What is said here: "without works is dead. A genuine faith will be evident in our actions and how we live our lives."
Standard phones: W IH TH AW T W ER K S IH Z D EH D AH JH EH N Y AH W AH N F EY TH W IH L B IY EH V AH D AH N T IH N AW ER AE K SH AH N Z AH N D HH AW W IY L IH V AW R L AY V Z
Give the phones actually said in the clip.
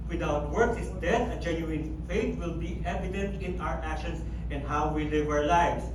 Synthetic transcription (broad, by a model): W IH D AW T W ER K S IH S D EH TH AH JH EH N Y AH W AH N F EY T W IH L B IY EH V AH D AH N T IH N AW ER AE K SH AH N S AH N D HH AW W IY L IH V AW R L AY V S